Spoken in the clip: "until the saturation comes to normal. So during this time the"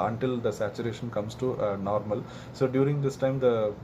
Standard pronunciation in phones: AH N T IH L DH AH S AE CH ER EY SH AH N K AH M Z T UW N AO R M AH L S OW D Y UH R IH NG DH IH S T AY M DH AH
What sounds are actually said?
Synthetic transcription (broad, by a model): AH N T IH L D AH S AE CH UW EY SH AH N K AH M S T UW N AO R M AH L S OW D Y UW R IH NG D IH S T AY M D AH